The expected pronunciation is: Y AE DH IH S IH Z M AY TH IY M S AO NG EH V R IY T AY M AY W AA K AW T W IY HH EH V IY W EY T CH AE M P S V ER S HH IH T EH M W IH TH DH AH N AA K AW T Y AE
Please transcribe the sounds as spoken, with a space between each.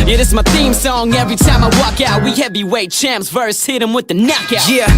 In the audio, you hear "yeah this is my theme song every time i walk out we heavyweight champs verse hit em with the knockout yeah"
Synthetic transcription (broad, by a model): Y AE DH IH S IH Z M AY TH IY M S AO NG EH V R IY T AY M AY W AA K AW T W IY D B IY W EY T CH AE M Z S V ER S HH IH T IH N W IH DH AH N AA K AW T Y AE